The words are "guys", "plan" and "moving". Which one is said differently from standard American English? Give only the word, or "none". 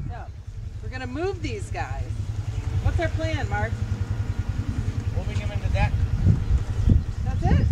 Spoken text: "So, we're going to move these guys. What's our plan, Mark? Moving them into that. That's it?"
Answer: moving